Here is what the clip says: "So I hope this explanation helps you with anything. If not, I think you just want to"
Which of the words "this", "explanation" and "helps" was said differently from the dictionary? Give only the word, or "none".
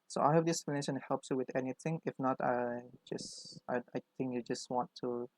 this